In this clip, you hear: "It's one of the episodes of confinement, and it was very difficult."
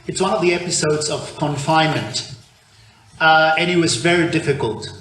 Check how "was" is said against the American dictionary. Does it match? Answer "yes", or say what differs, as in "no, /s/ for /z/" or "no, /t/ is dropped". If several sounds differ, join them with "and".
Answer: yes